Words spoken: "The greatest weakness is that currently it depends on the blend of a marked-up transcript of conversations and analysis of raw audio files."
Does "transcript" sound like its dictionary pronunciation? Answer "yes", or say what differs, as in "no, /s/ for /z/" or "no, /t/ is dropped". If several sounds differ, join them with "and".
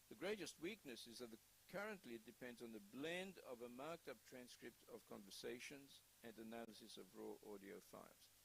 yes